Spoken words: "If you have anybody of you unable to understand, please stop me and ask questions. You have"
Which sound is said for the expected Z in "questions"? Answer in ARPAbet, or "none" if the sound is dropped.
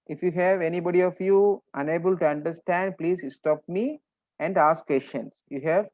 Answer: S